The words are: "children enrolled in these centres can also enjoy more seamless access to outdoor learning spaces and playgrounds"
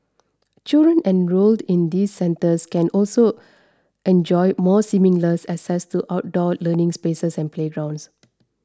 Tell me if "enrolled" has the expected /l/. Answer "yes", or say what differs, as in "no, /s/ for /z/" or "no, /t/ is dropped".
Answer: yes